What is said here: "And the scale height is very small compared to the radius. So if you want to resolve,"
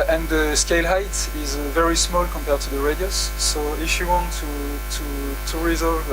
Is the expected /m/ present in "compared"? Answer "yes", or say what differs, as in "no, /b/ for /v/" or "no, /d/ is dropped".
yes